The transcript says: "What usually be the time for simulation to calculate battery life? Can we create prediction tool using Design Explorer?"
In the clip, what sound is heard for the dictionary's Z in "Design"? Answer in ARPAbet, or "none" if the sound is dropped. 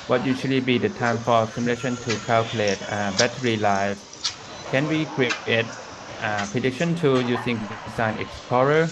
S